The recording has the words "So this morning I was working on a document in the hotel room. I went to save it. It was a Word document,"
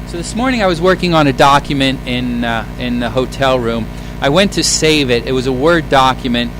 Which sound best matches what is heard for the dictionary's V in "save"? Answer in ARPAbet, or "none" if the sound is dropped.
V